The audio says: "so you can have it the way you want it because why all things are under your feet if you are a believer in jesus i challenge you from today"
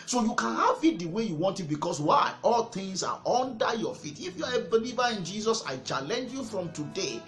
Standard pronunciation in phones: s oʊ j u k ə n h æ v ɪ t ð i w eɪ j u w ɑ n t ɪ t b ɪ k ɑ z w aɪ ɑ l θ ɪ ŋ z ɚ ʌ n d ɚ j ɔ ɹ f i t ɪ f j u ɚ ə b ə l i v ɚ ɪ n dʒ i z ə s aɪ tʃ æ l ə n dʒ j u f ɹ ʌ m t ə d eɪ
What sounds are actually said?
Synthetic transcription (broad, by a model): s oʊ j u k ə n h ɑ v ɪ t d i w eɪ j u w ɑ n t ɪ t b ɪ k ɑ s w aɪ ɑ l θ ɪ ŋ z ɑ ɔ n d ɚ j ɔ f i t ɪ f j u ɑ ə b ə l i v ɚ ɪ n dʒ i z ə s aɪ tʃ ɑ l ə n dʒ j u f ɹ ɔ m t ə d eɪ